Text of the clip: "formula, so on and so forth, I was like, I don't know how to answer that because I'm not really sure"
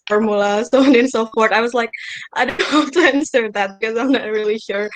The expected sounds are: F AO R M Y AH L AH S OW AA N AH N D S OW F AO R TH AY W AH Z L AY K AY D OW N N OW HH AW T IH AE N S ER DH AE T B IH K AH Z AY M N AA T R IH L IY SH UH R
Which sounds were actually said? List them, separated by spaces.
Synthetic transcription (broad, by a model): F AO R M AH L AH S OW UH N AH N S OW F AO R T AY W AH Z L AY K AY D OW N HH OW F T IH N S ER DH AE T B IH K AH Z AY M N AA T R IH L IY SH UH R